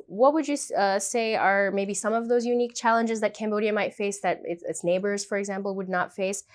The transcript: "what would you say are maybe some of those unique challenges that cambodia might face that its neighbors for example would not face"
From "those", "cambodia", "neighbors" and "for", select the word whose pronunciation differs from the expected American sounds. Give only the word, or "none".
none